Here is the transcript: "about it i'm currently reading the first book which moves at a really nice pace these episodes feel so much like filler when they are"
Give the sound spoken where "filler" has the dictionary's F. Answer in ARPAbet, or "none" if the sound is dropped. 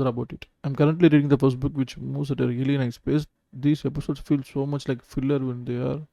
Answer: F